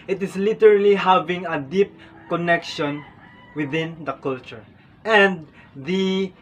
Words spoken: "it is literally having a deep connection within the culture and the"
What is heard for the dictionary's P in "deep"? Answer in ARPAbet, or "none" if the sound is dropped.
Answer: P